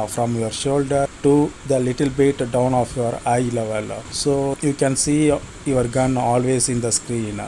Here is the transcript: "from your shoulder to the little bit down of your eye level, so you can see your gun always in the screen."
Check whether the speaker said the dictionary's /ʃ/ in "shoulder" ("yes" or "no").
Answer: yes